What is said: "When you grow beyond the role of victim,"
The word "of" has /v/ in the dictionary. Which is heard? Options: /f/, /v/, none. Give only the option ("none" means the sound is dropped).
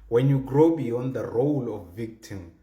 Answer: /f/